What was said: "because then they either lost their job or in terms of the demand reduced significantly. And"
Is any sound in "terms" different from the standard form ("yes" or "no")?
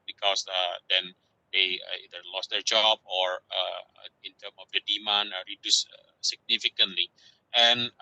yes